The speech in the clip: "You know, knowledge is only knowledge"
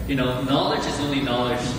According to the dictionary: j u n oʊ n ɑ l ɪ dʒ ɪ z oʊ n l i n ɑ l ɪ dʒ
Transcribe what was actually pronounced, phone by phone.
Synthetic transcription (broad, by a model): j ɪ n oʊ n ɑ l ɪ dʒ ɪ z oʊ n l i n ɑ l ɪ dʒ